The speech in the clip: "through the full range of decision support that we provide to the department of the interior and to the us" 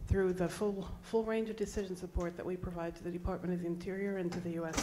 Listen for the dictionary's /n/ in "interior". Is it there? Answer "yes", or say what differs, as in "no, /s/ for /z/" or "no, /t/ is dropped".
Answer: yes